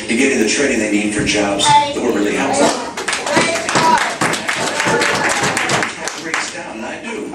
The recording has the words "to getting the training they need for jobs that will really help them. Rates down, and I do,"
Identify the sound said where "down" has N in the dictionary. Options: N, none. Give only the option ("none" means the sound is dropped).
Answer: none